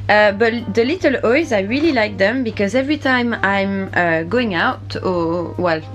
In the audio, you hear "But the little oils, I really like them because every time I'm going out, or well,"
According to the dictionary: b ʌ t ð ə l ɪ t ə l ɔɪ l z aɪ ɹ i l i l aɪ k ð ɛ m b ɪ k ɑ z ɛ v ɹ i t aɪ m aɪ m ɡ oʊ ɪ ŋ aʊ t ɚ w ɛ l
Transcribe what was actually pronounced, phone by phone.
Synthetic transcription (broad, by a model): b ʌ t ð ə l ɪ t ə l ɔɪ z aɪ ɹ i l i l aɪ k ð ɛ m b ɪ k ɑ z ɛ v ɹ i t aɪ m aɪ m ɡ oʊ ɪ ŋ aʊ t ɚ w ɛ l